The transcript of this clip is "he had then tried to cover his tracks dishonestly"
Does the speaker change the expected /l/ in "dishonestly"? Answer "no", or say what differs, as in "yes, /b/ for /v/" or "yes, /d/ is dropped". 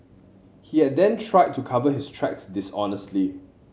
no